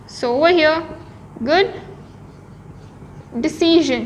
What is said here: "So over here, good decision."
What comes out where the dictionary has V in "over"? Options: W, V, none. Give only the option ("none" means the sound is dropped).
W